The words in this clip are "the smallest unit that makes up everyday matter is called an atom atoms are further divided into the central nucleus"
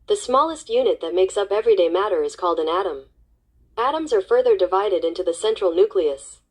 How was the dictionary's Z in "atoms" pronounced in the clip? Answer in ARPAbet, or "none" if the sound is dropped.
Z